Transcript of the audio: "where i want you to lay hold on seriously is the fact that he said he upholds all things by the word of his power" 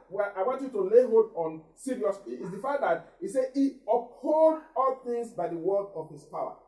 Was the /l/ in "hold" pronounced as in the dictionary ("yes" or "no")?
no